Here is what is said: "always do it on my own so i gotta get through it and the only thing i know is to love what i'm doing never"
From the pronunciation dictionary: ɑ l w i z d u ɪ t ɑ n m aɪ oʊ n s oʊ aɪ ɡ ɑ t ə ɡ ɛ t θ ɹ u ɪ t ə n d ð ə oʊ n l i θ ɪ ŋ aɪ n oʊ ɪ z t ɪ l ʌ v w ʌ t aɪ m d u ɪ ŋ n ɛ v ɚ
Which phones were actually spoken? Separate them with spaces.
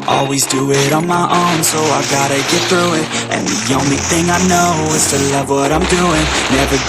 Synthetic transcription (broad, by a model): ɑ l w i z d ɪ ɪ t n m aɪ oʊ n s oʊ aɪ ɡ ɑ t ə ɡ ɛ t θ ɹ u ɪ t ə n ð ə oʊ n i θ ɪ ŋ aɪ n oʊ ɪ z t ɪ l ʌ v w ʌ t aɪ m d u ɪ ŋ n ɛ v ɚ